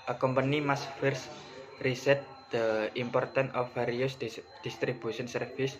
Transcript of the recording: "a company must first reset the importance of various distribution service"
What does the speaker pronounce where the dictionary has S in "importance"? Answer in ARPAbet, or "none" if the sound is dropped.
none